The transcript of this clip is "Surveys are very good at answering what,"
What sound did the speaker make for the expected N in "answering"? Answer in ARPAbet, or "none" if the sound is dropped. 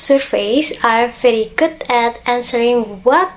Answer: N